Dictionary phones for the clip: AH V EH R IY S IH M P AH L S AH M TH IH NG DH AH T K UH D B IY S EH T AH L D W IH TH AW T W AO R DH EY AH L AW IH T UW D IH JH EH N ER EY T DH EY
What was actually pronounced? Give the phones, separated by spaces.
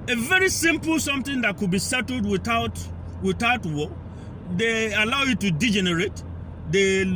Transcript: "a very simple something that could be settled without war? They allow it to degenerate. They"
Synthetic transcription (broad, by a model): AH V EH R IY S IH M P L S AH M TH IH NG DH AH T K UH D B IY S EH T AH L D W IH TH AW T W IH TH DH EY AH L AW IH T UW D IH JH EH N ER EY T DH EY